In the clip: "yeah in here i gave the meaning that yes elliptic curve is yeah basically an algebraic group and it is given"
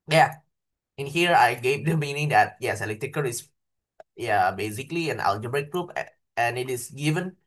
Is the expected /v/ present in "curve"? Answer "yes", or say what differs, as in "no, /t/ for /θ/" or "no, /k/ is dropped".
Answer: no, /v/ is dropped